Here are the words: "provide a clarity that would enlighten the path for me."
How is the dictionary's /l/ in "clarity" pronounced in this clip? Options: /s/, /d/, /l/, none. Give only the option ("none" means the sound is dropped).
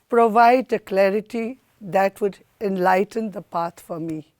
/l/